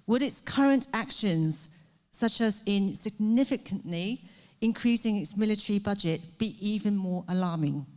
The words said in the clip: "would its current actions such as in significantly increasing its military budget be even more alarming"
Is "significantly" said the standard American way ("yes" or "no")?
yes